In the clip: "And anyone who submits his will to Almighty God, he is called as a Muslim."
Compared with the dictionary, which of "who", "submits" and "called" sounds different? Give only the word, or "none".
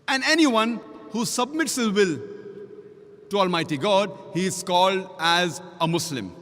none